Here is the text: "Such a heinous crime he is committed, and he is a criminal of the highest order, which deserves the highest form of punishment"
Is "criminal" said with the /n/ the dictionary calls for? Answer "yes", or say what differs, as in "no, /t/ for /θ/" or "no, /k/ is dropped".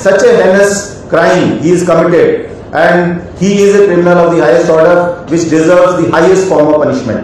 no, /n/ is dropped